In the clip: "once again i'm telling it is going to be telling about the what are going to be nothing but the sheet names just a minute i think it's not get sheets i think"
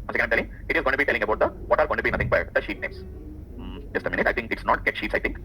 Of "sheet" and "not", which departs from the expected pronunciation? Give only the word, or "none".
none